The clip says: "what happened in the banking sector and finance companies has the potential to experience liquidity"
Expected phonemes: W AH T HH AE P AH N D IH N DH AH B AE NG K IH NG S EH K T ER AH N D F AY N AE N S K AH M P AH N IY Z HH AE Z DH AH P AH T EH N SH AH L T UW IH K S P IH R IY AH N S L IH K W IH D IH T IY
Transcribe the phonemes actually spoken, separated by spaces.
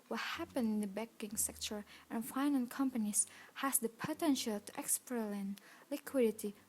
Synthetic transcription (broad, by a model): W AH T HH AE P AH N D IH N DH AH B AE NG K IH NG S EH K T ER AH N F AY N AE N K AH M P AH N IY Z HH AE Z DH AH P AH T EH N SH AH L T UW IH K S P R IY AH N L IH K W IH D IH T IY